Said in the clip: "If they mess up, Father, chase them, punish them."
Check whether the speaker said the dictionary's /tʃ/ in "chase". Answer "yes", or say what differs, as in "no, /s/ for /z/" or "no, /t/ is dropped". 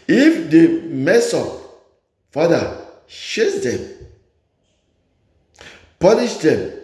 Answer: no, /ʃ/ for /tʃ/